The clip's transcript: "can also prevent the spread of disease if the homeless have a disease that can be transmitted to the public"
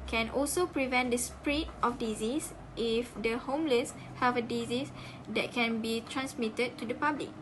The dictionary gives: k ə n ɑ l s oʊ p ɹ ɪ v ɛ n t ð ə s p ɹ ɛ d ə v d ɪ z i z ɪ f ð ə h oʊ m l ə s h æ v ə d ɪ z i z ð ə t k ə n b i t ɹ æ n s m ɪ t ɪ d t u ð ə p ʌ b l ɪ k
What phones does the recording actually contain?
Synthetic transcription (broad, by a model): k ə n ɑ l s oʊ p ɹ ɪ v ɛ n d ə s p ɹ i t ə f d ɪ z i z ɪ f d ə h oʊ m l ə s h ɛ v ə d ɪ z i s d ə t k ə n b i t ɹ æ n s m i t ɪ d t u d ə p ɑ b l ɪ k